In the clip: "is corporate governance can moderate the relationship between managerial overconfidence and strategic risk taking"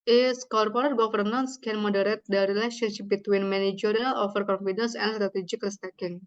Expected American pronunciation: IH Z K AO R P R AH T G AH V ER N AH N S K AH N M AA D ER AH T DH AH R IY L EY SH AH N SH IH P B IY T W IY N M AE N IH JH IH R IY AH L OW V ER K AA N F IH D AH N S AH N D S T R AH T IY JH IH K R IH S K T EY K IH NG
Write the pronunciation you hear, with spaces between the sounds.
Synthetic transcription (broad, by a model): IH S K AO R P R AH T G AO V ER N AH N S K AH N M AA D ER AH T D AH R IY L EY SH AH N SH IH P B IY T W IY N M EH N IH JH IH R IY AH L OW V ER K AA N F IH D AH N S AH N D S T R AH T IY JH IH K L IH S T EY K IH NG